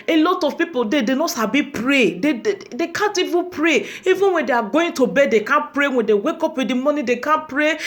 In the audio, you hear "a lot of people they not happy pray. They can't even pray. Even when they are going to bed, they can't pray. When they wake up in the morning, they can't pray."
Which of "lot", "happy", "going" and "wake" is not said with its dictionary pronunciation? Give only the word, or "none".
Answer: happy